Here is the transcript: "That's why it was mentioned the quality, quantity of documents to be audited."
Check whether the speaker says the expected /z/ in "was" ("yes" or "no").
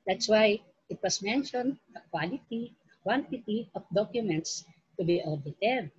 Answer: no